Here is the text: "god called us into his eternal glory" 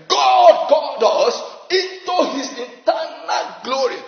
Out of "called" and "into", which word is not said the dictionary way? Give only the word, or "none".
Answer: none